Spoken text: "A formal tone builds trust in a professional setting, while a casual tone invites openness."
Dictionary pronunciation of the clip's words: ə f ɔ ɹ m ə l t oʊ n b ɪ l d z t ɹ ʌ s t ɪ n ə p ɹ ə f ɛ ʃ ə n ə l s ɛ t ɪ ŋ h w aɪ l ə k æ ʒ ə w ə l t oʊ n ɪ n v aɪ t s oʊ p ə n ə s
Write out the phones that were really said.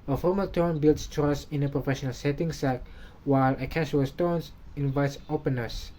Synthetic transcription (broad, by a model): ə f ɔ ɹ m ə l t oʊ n b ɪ l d s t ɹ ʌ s ɪ n ə p ɹ ə f ɛ ʃ ə n ə l s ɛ t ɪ ŋ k w aɪ l ə k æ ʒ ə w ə l t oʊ n ɪ n v aɪ t s oʊ p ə n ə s